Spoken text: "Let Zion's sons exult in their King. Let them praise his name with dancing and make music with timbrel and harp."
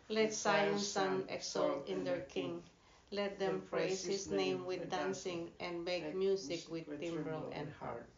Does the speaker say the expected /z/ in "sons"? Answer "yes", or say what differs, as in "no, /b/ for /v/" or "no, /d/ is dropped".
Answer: no, /z/ is dropped